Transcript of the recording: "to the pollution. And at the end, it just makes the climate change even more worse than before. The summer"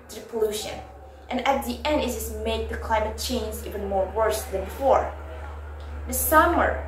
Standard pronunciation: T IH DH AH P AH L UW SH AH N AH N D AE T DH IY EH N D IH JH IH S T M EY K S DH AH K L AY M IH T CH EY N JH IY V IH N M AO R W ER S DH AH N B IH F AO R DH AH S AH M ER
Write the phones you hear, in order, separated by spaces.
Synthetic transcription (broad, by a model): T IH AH P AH L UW SH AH N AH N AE T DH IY EH N D IH Z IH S M EY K DH AH K L AY M IH T CH EY N Z IY V IH N M AO R W ER S DH AH N B IH F AO R DH AH S AH M ER